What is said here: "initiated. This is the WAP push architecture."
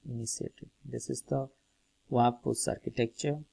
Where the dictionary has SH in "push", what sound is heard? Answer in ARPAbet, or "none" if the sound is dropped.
S